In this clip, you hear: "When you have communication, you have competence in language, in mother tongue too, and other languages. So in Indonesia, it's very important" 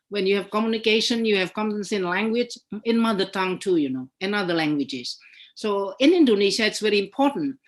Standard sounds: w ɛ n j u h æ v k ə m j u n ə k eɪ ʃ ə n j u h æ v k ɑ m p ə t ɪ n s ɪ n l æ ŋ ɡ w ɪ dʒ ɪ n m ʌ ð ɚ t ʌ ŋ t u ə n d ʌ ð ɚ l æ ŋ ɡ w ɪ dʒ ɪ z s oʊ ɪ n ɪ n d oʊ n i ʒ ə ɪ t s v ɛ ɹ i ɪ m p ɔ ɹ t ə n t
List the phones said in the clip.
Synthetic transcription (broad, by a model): w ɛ n j u h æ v k ə m j u n ə k eɪ ʃ ə n j u h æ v k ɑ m ə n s ɪ n l æ ŋ ɡ w ɪ dʒ ɪ n m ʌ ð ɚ t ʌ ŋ t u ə n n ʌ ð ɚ l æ ŋ ɡ w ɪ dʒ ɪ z s oʊ ɪ n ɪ n d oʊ n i ʃ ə ɪ t s v ɛ ɹ i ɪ m p ɔ t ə n t